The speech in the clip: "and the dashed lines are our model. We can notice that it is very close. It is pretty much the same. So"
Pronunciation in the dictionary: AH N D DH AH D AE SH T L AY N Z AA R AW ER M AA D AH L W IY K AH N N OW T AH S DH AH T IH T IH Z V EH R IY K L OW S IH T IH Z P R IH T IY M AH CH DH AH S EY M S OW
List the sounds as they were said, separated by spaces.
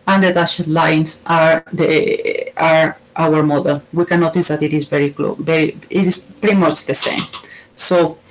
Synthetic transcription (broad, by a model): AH N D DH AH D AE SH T L AY N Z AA R AW ER M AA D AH L W IY K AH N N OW T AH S DH AH T IH T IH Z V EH R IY K L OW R IH T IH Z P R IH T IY M AH CH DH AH S EY M S OW